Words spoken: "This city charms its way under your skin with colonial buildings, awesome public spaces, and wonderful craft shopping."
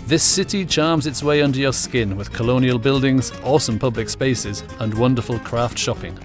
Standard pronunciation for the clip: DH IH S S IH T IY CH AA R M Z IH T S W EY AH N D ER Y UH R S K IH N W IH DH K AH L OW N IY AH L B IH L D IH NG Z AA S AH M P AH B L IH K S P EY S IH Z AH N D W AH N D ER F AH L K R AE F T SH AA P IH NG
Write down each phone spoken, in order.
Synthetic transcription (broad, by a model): DH IH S S IH T IY CH AA R M Z IH T S W EY AH N D ER Y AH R S K IH N W IH DH K AH L OW N IY AH L B IH L D IH NG Z AA S AH M P AH B L IH K S P EY S IH Z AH N W AH N D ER F AH L K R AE F T SH AA P IH NG